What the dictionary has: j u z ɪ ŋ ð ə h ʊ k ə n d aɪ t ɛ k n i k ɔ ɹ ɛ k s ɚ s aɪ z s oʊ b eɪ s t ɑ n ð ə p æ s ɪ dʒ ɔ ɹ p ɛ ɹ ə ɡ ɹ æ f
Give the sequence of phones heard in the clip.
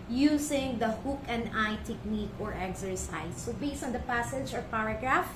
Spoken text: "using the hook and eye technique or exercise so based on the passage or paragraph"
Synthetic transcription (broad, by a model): j u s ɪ ŋ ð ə h ʊ k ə n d aɪ t ɛ k n i k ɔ ɹ ɛ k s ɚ s aɪ s oʊ b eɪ s ɑ n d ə p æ s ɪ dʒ ɔ ɹ p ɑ ɹ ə ɡ ɹ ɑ f